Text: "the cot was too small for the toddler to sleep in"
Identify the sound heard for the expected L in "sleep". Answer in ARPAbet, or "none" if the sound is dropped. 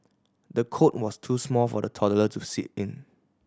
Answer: none